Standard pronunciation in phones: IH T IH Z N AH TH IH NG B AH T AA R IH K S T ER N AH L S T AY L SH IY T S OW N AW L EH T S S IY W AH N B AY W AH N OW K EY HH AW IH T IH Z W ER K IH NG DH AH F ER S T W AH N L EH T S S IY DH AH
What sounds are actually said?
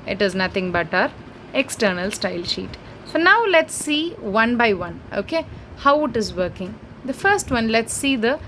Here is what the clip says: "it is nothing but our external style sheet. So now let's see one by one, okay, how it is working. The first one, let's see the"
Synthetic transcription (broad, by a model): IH T IH Z N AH T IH NG B AH T AA R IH K S T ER N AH L S T AY L SH IY T S OW N AW L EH T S S IY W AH N B AY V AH N OW K EY HH AW IH T IH Z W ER K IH NG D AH F ER S T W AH N L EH T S S IY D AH